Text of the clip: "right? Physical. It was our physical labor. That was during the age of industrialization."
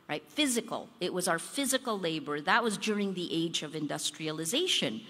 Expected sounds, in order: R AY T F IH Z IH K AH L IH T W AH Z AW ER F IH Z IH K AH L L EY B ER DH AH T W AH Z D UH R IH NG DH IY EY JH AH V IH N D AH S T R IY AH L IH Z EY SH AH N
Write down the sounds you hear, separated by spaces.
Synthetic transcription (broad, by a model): R AY T F IH Z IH K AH L IH T W AH Z AW ER F IH Z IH K L L EY B ER DH AH T W AH Z D UH R IH NG DH IY EY JH AH V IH N D AH S T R IY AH L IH Z EY SH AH N